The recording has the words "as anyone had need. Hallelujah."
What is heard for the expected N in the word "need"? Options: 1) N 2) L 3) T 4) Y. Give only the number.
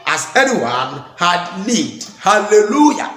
2